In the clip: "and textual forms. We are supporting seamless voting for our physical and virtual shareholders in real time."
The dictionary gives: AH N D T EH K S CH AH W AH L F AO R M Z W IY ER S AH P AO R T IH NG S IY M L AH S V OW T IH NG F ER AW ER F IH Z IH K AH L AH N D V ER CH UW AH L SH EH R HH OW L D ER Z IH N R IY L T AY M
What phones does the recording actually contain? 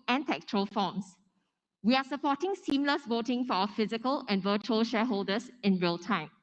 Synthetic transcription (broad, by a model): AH N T EH K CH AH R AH L F AO M S W IY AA S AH P AO T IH NG S IY M L AH S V OW T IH NG F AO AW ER F IH Z IH K AH L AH N V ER CH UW AH L SH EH HH OW L D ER S IH N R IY L T AY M